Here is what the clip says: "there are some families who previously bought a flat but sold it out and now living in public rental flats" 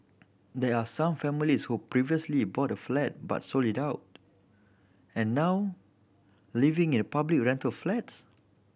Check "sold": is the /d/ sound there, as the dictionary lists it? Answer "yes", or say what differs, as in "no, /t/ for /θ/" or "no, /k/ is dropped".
no, /d/ is dropped